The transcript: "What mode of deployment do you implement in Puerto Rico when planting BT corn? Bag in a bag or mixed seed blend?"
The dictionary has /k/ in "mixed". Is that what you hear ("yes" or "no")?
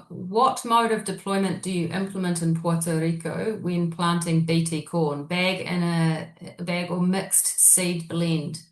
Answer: yes